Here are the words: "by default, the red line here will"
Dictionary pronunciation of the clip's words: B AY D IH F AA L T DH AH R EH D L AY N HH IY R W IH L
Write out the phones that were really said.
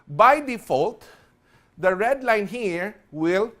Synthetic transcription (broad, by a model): B AY D IH F AA L T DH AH R EH D L AY N HH IY R W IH L